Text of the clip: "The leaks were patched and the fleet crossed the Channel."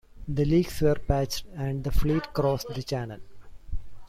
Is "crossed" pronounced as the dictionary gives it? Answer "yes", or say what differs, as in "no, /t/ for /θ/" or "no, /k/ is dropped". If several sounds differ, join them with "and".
yes